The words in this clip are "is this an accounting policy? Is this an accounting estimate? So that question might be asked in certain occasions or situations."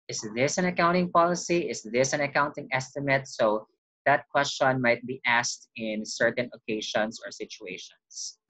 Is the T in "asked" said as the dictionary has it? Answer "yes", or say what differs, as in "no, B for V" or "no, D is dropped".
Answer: yes